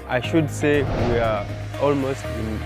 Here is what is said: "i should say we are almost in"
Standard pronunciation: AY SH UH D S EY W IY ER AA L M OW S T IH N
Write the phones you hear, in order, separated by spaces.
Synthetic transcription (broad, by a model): AY SH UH D S EY W IY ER AA L M OW S T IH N